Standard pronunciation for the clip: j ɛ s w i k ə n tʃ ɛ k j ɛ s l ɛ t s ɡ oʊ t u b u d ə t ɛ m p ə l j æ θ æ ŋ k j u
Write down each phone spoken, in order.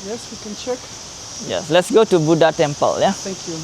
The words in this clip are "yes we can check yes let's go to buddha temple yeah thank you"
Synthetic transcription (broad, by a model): j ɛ s w i k ə n tʃ ɛ k j ɛ s l ɛ t s ɡ oʊ t u b u d ə t ɛ m p ə l j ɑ t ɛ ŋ k j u